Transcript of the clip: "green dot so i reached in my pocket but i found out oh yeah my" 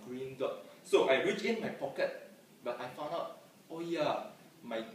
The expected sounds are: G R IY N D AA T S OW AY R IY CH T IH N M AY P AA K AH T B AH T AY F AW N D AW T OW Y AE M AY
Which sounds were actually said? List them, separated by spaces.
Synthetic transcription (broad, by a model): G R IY N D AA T S OW AY R IY CH IH N M AY P AA K AH T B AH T AY F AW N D AW T OW Y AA M AY